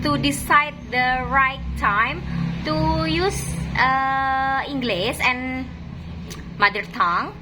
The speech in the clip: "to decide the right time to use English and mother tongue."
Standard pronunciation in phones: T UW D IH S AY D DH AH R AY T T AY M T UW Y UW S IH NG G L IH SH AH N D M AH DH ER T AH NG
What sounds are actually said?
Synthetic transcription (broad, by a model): T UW D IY S AY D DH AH R AY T T AY M T UW Y UW S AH NG G L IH S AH N M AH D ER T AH NG